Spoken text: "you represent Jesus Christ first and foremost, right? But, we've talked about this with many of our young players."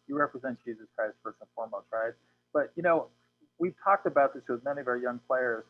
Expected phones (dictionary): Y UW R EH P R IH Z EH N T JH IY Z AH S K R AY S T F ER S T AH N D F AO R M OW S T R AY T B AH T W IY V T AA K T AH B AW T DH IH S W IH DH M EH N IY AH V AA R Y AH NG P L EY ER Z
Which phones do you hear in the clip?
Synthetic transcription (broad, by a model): Y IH R EH P R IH Z EH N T JH IY Z AH S K R AY S T F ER S AH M F AO R M OW S T R AY T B AH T W IY V T AA K T AH B AW T DH IH S W IH DH M EH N IY AH V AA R Y AH NG P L EY ER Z